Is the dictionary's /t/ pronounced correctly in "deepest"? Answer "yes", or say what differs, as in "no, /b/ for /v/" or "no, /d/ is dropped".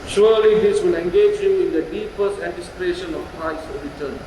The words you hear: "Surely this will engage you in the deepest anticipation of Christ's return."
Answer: yes